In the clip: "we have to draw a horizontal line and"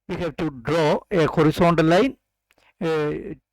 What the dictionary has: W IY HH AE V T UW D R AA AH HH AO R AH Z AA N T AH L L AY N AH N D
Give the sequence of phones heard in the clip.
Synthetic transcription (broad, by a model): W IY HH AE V T UW D R AA AH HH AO R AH S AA N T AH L L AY AH N